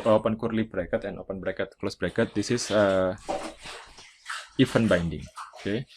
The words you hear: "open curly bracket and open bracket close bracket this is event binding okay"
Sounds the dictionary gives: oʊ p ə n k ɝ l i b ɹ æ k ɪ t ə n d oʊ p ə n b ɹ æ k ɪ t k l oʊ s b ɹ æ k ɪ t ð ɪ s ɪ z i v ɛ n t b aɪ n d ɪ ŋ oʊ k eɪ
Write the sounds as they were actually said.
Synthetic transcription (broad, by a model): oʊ p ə n k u l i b ɹ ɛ k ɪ t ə n oʊ p ə n b ɹ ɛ k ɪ t k l oʊ s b ɹ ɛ k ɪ t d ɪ s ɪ s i f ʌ n b aɪ n d ɪ ŋ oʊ k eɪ